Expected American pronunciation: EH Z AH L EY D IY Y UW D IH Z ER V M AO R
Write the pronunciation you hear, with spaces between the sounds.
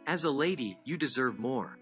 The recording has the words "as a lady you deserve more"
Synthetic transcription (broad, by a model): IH Z AH L EY D IY Y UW D IH Z ER V M AO R